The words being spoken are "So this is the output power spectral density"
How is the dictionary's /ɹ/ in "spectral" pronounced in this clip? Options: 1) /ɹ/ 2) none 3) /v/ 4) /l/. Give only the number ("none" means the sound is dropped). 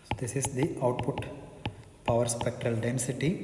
1